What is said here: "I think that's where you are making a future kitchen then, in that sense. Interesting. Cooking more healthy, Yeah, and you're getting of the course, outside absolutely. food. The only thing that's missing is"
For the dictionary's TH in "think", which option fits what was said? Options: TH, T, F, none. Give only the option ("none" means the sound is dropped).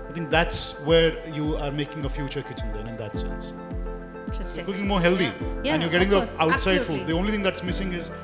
T